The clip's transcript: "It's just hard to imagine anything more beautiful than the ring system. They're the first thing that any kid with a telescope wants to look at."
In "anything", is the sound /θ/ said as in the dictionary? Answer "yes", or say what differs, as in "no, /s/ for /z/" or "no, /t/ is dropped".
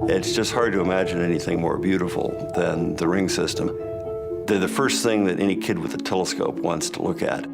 yes